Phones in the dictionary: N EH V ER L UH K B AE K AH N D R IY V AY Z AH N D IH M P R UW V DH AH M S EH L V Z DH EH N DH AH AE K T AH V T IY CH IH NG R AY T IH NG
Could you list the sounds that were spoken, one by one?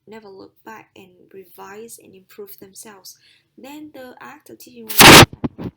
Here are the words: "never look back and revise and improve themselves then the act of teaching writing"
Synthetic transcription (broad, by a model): N EH V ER L UH K B AE K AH N R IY V AY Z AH N IH M P R UW V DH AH M S EH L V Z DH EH N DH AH AE K T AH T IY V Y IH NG